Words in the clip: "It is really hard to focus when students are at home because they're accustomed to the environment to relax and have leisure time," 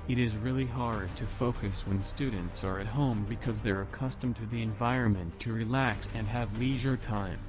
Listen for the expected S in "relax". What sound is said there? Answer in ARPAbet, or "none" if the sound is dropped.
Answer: S